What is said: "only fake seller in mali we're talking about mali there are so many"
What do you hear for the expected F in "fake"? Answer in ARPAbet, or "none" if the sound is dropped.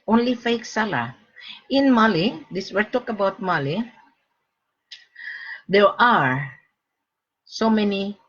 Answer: F